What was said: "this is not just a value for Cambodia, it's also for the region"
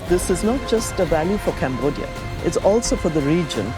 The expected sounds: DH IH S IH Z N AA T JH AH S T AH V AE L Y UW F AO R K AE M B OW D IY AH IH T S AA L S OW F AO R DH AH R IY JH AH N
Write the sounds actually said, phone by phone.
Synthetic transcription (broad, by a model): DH IH S IH Z N AA T JH AH S T AH V AE L Y UW F AO R K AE M B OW D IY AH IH T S AA L S OW F AO R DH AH R IY JH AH N